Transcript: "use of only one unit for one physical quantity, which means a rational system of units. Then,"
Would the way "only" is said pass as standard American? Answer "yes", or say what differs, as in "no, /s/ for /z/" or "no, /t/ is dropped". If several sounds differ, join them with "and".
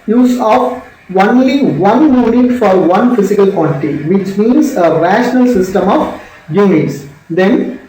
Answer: yes